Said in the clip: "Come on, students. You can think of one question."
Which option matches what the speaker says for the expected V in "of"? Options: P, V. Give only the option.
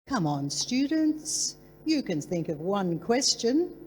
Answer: V